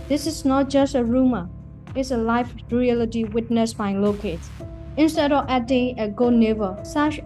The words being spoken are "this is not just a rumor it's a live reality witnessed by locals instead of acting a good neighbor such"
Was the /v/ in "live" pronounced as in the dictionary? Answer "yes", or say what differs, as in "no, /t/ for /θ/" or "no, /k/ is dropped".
no, /f/ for /v/